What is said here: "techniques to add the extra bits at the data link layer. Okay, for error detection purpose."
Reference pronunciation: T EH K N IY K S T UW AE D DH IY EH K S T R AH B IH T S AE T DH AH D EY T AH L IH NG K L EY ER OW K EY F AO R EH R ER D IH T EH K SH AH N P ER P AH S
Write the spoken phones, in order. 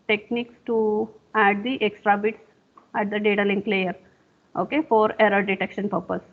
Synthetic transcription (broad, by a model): T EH K N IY K S T UW AE D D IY EH K S T R AH B IH T S AE T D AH D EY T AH L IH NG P L EY ER OW K EY F AO R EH R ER D IH T EH K SH AH N P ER P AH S